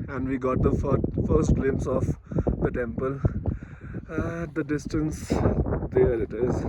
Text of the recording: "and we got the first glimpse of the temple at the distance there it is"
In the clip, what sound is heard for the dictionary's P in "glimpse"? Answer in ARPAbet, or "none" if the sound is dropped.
none